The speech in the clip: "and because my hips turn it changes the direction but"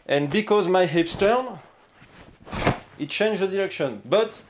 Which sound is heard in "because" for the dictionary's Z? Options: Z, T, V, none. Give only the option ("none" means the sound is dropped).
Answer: Z